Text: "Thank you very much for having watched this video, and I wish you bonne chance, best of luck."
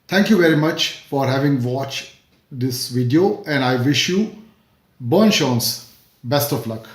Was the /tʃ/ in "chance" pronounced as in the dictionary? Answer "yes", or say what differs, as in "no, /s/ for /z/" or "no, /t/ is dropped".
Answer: no, /ʃ/ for /tʃ/